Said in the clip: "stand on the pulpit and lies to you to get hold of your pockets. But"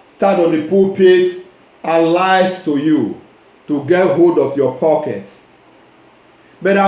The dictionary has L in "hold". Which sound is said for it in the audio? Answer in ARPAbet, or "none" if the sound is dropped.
none